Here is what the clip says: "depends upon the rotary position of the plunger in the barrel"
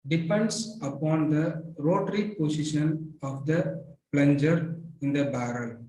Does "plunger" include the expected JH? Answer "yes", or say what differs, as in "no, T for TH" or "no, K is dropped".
yes